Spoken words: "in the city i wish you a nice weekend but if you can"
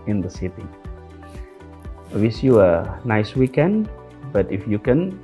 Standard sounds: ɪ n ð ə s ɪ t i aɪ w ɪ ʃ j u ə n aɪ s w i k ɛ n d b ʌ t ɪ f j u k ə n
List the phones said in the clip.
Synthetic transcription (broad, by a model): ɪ n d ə s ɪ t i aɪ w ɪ s j u ə n aɪ s w i k ɛ n d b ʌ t ɪ f j u k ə n